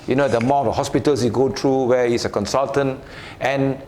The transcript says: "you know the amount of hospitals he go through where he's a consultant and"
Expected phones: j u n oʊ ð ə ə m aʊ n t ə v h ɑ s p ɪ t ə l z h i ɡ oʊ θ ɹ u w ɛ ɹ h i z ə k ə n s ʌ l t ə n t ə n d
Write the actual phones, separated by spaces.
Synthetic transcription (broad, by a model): j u n oʊ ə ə m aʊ t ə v h ɑ s p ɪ t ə l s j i ɡ oʊ t ɹ u w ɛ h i s ə k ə n s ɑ l t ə n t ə n